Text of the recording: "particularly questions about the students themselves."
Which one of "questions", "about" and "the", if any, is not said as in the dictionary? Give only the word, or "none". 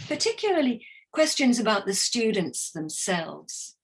none